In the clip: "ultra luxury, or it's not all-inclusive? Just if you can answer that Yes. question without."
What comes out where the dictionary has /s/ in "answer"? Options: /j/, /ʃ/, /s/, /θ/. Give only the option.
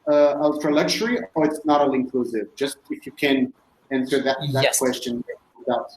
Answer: /s/